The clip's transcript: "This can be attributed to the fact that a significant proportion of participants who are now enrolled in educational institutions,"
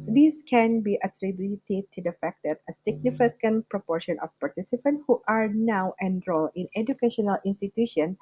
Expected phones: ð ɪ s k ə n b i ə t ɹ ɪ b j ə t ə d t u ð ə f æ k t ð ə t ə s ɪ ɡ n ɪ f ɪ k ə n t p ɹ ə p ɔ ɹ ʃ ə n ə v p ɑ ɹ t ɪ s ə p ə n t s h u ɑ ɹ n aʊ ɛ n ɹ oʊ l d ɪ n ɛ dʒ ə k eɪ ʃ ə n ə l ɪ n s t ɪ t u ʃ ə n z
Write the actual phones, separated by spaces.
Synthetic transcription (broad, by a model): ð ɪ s k ə n b i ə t ɹ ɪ b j t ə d t u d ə f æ k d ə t ə s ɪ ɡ n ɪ f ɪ k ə n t p ɹ ə p ɔ ɹ ʃ ə n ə f p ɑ ɹ t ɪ s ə p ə n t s h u ɑ ɹ n aʊ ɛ n ɹ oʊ l ɪ n ɛ dʒ ə k eɪ ʃ ə n ə l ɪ n s t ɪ t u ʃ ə n